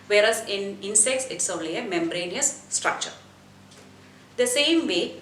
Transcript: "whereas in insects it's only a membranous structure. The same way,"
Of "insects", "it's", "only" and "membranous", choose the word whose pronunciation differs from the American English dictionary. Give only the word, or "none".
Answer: membranous